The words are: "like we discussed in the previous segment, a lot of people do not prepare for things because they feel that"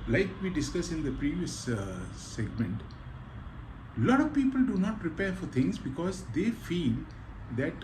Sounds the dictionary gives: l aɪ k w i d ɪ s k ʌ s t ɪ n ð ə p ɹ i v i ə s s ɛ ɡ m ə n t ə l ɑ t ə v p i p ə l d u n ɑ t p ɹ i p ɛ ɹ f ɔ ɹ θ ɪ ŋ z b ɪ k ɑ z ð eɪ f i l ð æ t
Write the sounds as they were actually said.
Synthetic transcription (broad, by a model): l aɪ k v i d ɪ s k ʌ s ɪ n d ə p ɹ i v i ə s s ɛ ɡ m ə n t l ɑ t ə v p i p ə l d u n ɑ t p ɹ i p ɛ ɹ f ɔ ɹ t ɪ ŋ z b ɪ k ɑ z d eɪ f i l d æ t